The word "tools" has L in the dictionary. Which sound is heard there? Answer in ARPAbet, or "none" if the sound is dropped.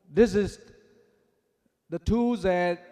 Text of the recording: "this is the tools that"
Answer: none